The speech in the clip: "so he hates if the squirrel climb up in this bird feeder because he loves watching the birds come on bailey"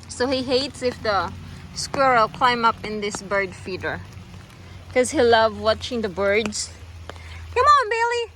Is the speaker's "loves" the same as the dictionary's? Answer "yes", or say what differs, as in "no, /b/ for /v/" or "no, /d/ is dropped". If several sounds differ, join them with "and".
no, /z/ is dropped